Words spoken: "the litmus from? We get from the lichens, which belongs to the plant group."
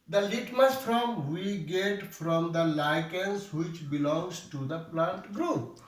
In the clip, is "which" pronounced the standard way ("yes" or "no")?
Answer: yes